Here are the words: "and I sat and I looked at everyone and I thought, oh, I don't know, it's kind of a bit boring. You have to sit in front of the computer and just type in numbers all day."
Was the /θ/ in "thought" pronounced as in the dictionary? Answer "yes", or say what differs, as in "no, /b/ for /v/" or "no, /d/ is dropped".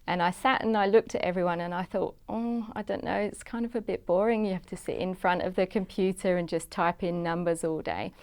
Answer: yes